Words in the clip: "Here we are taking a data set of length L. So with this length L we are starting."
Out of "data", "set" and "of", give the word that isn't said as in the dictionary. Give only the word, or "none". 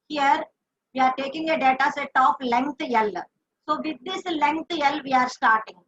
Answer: of